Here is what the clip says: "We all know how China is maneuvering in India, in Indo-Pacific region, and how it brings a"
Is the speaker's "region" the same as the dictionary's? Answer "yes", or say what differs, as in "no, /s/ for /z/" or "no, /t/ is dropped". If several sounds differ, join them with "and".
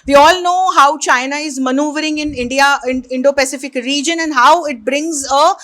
yes